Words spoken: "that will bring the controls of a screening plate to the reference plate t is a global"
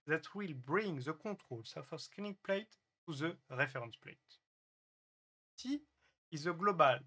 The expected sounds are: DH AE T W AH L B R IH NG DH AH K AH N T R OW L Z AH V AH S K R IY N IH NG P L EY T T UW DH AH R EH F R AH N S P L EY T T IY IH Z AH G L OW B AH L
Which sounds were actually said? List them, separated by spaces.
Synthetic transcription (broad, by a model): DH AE T W AH L B R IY NG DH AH K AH T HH OW L S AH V AH S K IY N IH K P L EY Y T UW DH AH R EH F R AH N S P L EY T S IY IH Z AH G L OW B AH L